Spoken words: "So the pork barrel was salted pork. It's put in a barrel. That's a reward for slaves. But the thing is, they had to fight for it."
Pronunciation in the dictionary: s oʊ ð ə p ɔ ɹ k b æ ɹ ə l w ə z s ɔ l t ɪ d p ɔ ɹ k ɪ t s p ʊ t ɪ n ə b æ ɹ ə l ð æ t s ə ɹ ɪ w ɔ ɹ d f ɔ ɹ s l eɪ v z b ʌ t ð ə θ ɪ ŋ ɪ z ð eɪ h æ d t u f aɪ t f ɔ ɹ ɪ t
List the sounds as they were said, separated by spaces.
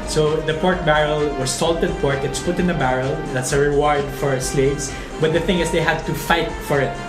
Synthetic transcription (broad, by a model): s oʊ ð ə p ɔ ɹ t b æ ɹ ə l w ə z s ɔ l t ɪ d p ɔ ɹ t ɪ t s p ʊ t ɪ n ə b æ ɹ ə l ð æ t s ə ɹ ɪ w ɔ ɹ d f ɔ ɹ s l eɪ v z b ʌ t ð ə θ ɪ ŋ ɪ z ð eɪ h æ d t u f aɪ t f ɔ ɹ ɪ t